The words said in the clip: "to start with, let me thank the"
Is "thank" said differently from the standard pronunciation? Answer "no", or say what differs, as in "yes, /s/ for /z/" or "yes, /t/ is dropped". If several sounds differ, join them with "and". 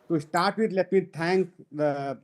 yes, /t/ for /θ/